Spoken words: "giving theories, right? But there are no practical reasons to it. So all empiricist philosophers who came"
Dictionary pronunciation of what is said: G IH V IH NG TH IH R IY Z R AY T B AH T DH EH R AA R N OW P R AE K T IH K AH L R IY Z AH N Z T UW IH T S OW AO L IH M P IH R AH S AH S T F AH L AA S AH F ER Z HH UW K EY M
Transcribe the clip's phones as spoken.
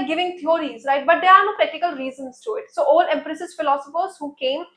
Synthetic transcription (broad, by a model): G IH V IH NG T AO R IY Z R AY T B AH T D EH R AA R N OW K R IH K T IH K AH L R IY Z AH N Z T UW IH T S OW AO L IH M P R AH S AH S F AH L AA S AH F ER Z HH UW K EY M